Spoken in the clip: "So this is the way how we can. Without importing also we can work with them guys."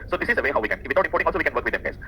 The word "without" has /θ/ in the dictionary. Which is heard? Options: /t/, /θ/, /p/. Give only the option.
/t/